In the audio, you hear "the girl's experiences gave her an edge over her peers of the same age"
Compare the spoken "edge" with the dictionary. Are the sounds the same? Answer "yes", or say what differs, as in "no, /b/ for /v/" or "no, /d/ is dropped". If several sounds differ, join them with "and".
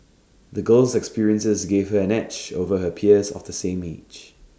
no, /tʃ/ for /dʒ/